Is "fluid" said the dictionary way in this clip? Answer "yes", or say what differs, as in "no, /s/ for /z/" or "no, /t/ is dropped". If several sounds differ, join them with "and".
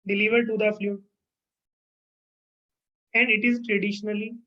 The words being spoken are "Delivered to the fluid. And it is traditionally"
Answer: no, /d/ is dropped